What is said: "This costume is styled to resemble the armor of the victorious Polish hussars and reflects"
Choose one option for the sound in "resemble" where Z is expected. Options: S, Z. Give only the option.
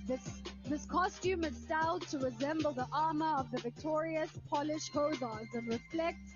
Z